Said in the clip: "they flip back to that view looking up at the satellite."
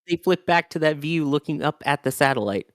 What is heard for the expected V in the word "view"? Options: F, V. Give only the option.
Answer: V